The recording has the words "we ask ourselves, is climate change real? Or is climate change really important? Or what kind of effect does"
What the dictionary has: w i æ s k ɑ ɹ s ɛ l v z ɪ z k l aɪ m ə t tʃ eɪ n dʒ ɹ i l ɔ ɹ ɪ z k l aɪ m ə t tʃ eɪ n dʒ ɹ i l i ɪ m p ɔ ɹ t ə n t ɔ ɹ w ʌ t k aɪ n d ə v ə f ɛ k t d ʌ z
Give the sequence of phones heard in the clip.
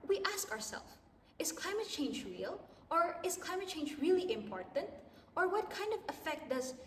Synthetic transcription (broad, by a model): w i æ s k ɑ ɹ s ɛ l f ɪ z k l aɪ m ə t tʃ eɪ n dʒ ɹ i l ɔ ɹ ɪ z k l aɪ m ə t tʃ eɪ n dʒ ɹ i l i ɪ m p ɔ ɹ t ə n t ɔ ɹ w ʌ t k aɪ n d ə v ə f ɛ k t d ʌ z